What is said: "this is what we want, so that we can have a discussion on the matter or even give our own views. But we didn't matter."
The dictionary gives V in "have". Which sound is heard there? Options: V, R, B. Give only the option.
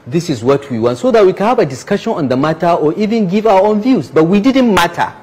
B